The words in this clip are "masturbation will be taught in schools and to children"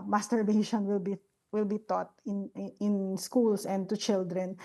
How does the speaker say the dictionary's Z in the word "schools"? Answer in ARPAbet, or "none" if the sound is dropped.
S